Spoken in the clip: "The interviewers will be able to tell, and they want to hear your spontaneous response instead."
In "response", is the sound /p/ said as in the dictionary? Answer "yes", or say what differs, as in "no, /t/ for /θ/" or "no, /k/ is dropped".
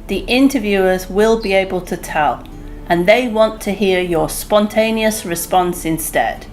yes